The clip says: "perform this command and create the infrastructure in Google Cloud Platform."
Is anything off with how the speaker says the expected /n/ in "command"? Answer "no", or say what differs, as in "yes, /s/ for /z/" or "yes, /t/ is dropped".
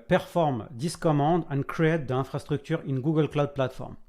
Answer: yes, /n/ is dropped